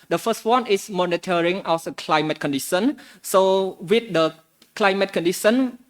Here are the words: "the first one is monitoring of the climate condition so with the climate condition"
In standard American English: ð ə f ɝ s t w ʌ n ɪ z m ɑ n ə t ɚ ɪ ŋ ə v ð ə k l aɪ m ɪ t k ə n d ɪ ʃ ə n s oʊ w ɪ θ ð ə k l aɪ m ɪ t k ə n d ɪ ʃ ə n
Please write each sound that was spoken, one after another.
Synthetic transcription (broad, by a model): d ə f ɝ s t w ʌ n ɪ s m ɑ n ə t ɚ ɪ ŋ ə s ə k l aɪ m ɪ t k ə n d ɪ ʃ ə n s oʊ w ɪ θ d ə k l aɪ m ɪ t k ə n d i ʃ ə n